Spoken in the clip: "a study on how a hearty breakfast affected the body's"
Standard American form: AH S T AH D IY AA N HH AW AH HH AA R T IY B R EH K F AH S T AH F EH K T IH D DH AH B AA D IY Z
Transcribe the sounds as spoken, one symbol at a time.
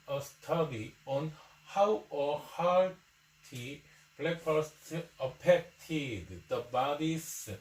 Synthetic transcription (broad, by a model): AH S T AH D IY AA N HH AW AH HH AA W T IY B L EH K AH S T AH P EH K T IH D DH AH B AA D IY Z